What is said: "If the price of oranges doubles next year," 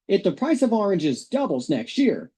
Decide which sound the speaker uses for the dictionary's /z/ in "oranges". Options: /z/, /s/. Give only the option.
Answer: /z/